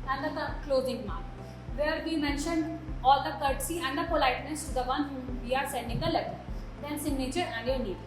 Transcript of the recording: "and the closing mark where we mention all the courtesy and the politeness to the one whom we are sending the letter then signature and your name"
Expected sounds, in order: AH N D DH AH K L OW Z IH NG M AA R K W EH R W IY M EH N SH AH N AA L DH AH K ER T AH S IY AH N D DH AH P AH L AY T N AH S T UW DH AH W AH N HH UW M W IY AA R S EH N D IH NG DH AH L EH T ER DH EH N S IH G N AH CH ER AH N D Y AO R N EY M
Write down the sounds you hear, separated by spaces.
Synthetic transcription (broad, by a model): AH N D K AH K L OW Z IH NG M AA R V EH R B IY M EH N SH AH N AA L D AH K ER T S IY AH N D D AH P AH L AY T N AH S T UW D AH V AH N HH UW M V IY AA R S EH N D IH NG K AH L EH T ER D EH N S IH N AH CH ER AH N D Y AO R N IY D